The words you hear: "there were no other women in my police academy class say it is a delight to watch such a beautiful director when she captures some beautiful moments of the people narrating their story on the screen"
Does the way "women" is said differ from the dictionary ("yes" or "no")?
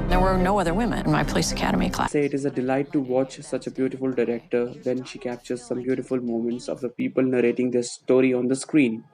no